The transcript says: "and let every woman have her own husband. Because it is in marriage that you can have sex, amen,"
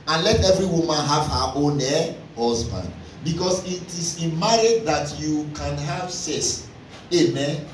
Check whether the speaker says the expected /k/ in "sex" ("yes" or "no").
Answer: no